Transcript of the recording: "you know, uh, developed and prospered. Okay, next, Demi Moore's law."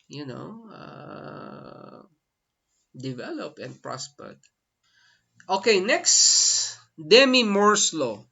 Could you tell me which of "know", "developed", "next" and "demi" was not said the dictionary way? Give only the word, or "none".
developed